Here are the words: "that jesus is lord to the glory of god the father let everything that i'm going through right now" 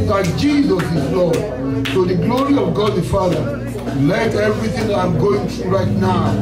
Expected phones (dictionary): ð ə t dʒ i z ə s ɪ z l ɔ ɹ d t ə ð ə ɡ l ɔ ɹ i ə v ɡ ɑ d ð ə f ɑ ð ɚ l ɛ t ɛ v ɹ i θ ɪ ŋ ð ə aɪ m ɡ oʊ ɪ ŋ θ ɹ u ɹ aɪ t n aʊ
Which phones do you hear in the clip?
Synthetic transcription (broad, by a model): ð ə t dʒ i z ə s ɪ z l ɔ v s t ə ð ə ɡ l ɔ ɹ i ə v ɡ ɑ d ð ə f ɑ ð ɚ l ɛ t ɛ v ɹ i θ ɪ ŋ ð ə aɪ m ɡ oʊ ɪ ŋ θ ɹ u ɹ aɪ t n aʊ